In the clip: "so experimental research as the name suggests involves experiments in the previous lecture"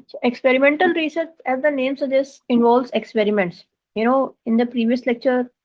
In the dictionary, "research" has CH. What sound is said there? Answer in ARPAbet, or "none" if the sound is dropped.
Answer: S